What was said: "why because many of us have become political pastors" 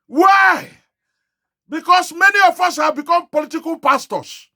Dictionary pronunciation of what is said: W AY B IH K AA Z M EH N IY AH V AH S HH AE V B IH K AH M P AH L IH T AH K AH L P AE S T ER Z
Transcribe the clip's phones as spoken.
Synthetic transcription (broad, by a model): W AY B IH K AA S M EH N IY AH F AH S HH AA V B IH K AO M P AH L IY T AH K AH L P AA S T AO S